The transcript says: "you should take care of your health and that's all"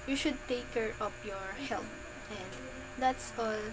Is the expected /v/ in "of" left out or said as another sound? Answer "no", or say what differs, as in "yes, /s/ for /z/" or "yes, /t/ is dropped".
yes, /p/ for /v/